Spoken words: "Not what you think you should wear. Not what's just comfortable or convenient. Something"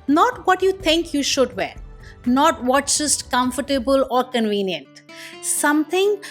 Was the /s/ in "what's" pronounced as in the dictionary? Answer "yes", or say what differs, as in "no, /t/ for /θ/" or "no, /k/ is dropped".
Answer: no, /s/ is dropped